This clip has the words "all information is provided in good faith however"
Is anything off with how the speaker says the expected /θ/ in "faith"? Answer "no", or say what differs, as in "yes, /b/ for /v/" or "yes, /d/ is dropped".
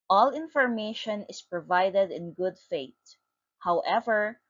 yes, /t/ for /θ/